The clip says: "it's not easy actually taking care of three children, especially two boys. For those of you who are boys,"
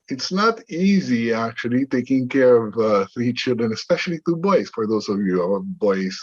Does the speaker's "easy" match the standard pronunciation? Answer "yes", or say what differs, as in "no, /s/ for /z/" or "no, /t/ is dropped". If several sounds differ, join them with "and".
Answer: yes